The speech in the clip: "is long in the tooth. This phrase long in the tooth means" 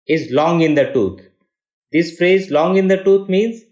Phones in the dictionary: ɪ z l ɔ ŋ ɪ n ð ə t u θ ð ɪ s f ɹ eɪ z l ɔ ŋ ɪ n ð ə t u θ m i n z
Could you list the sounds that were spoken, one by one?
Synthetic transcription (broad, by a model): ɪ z l ɔ ŋ ɪ n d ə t u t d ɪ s f ɹ eɪ z l ɔ ŋ ɪ n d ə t u t m i n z